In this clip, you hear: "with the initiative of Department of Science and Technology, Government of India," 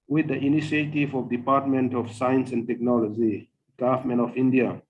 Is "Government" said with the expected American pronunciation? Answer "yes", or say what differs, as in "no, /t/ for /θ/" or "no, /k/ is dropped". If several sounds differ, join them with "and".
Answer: no, /t/ is dropped